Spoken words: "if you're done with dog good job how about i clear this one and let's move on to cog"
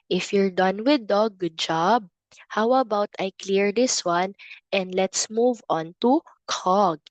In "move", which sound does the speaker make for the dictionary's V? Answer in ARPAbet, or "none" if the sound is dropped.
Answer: V